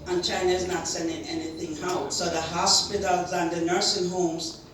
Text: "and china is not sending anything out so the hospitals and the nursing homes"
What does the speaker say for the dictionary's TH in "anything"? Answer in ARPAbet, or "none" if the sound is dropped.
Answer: TH